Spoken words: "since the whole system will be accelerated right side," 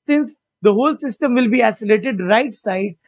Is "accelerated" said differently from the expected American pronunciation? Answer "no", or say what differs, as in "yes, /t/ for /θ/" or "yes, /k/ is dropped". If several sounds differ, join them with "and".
yes, /k/ is dropped